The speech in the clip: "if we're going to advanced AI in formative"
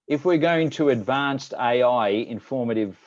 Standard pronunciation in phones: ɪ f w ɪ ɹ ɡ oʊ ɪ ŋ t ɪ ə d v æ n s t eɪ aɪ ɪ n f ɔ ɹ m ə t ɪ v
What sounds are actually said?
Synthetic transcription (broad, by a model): ɪ f w ɪ ɹ ɡ oʊ ɪ ŋ t ɪ ə d v æ n s t eɪ aɪ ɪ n f ɔ ɹ m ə t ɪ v